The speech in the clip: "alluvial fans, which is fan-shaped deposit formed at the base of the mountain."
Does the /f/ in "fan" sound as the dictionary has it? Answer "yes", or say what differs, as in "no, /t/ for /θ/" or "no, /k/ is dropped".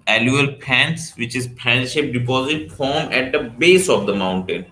no, /p/ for /f/